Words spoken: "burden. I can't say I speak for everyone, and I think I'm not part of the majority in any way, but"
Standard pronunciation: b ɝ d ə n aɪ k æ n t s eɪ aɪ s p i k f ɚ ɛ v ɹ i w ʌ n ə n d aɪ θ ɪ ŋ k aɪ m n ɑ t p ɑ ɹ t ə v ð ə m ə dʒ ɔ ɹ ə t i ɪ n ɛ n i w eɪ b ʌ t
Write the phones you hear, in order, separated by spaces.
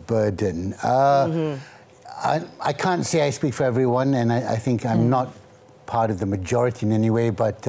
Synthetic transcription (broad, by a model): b ɝ d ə aɪ k æ n t s eɪ aɪ s p i k f ɚ ɛ v ɹ i w ʌ n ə n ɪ aɪ θ ɪ ŋ k aɪ m n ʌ t p ɑ ɹ t ə v ð ə m ə dʒ ɔ ɹ ə t i ɪ n ɛ n i w eɪ b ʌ t